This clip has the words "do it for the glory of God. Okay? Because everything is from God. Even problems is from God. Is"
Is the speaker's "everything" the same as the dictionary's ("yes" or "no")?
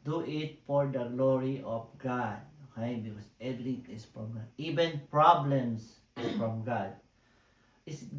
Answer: no